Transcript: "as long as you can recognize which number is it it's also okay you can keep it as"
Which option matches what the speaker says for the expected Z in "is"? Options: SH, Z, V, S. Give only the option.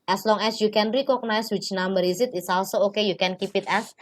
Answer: S